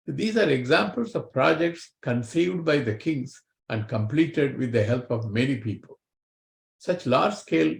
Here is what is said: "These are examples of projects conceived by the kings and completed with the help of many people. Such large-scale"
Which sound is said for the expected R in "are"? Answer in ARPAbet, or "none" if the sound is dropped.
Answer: R